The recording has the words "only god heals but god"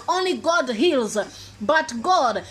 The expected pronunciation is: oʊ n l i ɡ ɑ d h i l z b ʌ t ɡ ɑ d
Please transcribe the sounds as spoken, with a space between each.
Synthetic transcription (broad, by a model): oʊ n l i ɡ ɑ d h i l z b ʌ t ɡ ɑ d